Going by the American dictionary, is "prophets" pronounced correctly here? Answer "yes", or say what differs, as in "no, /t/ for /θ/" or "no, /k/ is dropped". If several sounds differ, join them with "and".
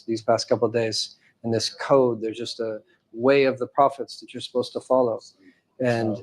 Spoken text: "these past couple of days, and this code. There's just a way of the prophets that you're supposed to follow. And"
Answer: yes